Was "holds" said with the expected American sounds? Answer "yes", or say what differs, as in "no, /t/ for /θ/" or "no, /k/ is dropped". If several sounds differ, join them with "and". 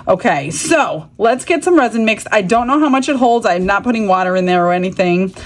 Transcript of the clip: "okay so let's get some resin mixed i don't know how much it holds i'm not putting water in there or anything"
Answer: yes